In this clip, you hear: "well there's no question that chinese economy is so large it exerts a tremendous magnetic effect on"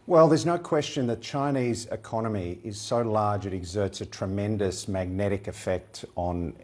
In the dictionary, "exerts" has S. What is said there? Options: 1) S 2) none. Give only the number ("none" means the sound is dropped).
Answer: 1